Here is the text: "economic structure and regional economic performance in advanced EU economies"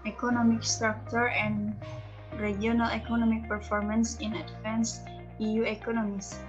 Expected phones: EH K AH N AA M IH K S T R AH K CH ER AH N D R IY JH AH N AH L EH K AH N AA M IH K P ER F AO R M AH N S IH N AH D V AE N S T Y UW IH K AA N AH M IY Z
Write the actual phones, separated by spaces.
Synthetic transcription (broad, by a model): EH K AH N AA M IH K S T R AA K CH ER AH N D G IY AH N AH L EH K AH N AA M IH K P ER F AO R M AH N S IH N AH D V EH N S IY Y UW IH K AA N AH M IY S